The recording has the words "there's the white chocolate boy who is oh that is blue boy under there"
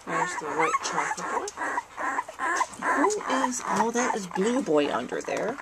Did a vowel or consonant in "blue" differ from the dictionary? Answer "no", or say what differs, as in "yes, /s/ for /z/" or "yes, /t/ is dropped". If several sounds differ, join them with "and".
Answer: no